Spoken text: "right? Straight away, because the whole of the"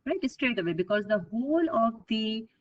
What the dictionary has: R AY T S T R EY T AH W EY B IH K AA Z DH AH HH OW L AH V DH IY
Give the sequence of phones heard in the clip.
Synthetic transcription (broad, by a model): R AY T S T R EY T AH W EY B IH K AA Z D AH HH OW L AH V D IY